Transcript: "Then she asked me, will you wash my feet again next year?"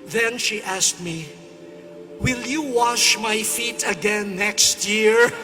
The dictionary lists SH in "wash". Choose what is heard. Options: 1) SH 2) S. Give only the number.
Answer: 1